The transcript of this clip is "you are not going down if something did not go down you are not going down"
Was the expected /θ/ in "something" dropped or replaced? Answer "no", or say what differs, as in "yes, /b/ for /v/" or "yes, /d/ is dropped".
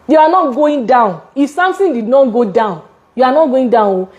yes, /t/ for /θ/